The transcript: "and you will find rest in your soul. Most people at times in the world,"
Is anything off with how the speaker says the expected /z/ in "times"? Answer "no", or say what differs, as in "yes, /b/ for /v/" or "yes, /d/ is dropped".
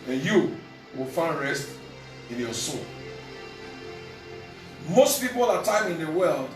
yes, /z/ is dropped